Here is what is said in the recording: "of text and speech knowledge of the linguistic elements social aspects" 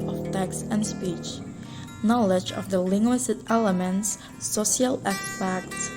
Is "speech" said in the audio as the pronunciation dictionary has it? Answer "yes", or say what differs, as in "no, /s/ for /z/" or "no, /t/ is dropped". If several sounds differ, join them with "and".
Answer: yes